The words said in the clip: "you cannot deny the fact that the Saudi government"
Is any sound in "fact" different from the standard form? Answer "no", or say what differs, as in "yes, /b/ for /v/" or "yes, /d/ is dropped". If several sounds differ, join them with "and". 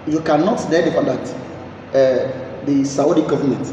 yes, /k/ is dropped